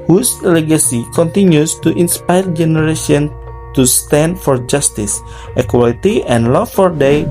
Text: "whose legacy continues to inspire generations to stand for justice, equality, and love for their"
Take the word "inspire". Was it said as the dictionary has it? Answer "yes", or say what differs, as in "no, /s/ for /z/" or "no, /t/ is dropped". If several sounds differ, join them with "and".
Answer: yes